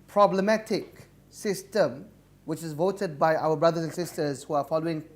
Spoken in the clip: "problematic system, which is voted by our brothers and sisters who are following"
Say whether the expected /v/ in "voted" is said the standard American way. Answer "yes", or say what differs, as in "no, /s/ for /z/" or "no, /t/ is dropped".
yes